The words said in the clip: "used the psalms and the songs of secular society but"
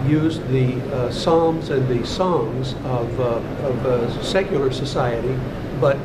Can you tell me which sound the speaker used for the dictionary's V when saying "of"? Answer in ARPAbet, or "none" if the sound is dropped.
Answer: V